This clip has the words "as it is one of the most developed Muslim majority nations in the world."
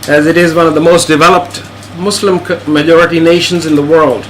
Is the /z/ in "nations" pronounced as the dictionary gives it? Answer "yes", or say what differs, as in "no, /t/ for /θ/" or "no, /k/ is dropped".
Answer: yes